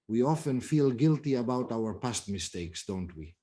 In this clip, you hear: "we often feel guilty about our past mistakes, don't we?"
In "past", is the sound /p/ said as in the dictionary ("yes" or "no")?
yes